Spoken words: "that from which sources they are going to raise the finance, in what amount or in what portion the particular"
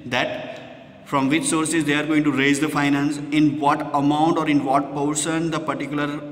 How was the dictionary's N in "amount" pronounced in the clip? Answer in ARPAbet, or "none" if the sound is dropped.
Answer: N